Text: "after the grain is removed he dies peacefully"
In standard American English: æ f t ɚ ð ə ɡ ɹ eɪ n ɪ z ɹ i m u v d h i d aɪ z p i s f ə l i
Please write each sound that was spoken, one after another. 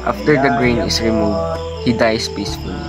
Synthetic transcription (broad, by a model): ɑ f t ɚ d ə ɡ ɹ eɪ n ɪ s ɹ i m u v d h i d aɪ s p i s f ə l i